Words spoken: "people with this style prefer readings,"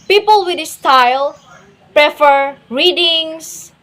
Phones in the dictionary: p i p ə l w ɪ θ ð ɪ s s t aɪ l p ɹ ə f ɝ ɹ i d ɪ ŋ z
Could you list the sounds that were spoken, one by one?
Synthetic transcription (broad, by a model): p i p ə l w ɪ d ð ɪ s s t aɪ l p ɹ ə f ɝ ɹ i d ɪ ŋ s